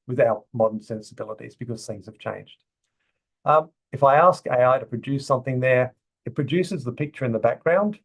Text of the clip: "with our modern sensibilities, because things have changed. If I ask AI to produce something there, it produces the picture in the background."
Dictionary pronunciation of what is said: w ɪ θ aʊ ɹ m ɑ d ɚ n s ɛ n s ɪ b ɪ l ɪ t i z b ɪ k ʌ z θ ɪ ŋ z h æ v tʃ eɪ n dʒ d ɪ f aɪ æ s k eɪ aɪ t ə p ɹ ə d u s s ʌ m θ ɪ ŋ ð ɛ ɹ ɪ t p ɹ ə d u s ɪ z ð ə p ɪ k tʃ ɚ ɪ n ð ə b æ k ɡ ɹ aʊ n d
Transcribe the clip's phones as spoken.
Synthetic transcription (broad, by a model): w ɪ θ aʊ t m ɑ d ɚ n s ɛ n s ɪ b ɪ l ɪ t i z b ɪ k ʌ z θ ɪ ŋ z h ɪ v tʃ eɪ n dʒ d ɪ f aɪ æ s k eɪ aɪ t ə p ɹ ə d u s s ʌ m θ ɪ ŋ ð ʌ ɹ ɪ t p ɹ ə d u s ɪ z ð ə p ɪ k tʃ ɚ ɪ n ð ə b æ k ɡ ɹ aʊ n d